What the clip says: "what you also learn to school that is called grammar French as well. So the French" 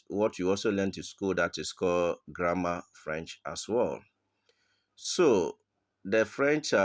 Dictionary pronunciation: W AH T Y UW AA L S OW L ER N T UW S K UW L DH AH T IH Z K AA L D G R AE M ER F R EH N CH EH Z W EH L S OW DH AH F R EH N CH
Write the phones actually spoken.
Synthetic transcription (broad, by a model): W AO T Y UW AA L S OW L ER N T UW S K UW L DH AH T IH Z K AA L G R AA M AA F R EH N CH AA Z W EH L S OW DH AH F R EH N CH